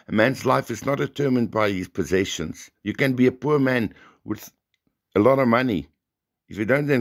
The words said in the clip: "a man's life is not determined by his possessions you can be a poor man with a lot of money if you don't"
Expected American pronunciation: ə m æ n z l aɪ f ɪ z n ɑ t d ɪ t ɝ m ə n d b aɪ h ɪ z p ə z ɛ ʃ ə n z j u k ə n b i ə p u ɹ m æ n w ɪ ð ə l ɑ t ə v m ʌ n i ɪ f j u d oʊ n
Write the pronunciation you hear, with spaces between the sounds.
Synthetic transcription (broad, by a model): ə m æ n z l aɪ f ɪ z n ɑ t d ɪ t ɝ m ə n d b aɪ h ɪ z p ə z ɛ ʃ ə n z j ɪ k ə n b i ə p u ɹ m æ n w ɪ ð ə l ɑ t ə v m ʌ n i ɪ f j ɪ d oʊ n